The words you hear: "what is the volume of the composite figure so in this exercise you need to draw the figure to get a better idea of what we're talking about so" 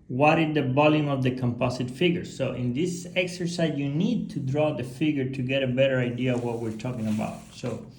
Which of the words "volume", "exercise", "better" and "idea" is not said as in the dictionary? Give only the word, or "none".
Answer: volume